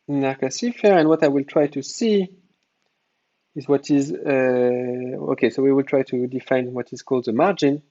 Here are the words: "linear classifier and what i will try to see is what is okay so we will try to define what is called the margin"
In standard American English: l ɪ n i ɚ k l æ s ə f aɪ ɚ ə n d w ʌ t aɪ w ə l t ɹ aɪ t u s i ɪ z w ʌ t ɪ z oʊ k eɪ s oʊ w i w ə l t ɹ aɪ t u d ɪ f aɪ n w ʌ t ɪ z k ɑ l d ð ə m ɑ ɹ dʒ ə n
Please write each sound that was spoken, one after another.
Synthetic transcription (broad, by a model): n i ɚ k æ s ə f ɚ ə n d w ʌ t aɪ w ə l t ɹ aɪ t u s i ɪ z w ʌ t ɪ z oʊ k eɪ s oʊ w i w ə l t ɹ aɪ t u d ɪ f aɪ n w ʌ t ɪ z k ɑ l d ð ə m ɑ ɹ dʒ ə n